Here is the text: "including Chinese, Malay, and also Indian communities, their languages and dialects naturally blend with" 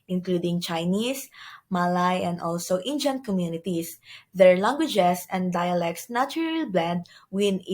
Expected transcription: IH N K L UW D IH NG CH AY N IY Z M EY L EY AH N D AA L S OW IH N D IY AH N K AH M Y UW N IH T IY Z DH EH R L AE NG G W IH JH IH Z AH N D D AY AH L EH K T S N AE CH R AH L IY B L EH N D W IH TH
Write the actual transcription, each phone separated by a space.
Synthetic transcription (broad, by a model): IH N K L UW D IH NG CH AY N IY S M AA L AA AH N D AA L S OW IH N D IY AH N K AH M Y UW N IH T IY S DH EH R L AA NG G W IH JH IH S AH N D D AY AH L EH K T S N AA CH R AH L B L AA D W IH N